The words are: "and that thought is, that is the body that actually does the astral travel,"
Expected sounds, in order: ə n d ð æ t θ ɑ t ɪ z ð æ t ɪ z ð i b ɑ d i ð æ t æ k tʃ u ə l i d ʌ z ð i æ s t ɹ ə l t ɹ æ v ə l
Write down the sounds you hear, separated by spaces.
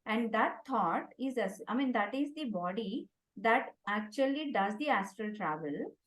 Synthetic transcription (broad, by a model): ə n d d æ t t ɑ t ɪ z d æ t ɪ z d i b ɑ d i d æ t æ k tʃ u ə l i d ʌ z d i æ s t ɹ ə l t ɹ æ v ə l